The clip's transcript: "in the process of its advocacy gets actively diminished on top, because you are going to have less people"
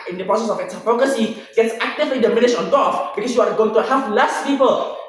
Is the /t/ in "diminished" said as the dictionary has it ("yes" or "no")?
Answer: no